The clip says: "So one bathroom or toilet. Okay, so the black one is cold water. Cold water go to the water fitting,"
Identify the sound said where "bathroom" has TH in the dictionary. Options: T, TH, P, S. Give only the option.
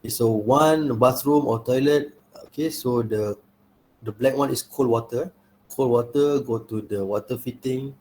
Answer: S